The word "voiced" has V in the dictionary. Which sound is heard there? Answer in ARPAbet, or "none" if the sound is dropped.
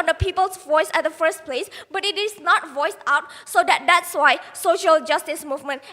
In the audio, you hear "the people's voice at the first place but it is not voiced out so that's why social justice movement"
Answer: V